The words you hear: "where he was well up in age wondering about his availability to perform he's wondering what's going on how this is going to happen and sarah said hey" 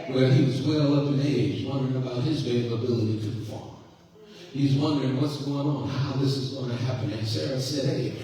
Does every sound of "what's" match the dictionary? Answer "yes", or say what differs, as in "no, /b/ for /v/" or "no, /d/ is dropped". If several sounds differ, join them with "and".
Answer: yes